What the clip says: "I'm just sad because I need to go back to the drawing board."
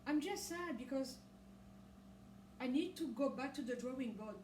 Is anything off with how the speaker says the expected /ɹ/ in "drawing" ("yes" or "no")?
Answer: no